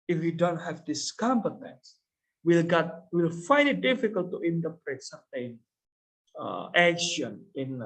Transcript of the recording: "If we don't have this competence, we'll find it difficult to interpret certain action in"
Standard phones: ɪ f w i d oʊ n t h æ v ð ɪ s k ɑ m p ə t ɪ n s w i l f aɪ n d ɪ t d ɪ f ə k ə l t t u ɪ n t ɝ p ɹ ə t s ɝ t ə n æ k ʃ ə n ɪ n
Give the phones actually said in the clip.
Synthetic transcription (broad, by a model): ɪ f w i d oʊ n t h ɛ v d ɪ s k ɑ m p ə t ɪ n s w i l f aɪ n d ɪ t d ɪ f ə k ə l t t u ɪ n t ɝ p ɹ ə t s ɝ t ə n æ k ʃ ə n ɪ n